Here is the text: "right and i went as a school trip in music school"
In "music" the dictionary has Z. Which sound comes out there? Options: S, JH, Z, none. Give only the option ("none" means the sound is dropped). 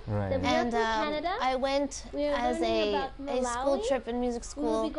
Z